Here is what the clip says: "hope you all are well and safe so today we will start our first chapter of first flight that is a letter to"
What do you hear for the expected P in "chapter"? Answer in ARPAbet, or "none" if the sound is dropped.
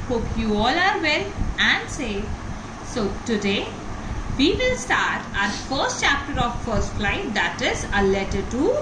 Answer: P